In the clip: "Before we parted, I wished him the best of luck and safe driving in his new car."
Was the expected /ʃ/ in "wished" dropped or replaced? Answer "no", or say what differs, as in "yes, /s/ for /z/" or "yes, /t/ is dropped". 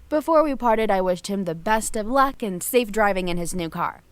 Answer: no